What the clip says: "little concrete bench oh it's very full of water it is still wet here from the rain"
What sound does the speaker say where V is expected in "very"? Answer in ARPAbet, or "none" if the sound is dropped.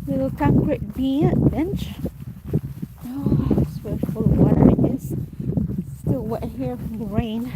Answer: W